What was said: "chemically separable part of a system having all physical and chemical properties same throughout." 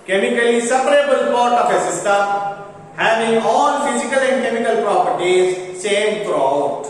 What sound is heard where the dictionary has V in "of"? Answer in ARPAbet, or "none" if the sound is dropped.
P